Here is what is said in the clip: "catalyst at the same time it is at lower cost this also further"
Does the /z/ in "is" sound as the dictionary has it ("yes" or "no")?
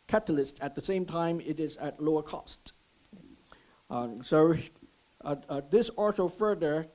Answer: yes